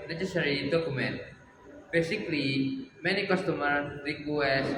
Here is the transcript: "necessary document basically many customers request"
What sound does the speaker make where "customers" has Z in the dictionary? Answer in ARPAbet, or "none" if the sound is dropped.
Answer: none